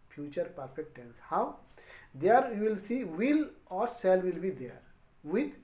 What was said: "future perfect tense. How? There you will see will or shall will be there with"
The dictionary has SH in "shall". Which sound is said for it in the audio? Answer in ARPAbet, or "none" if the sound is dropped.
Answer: S